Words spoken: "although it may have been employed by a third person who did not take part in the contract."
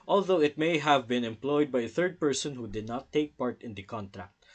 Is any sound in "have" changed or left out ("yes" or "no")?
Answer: no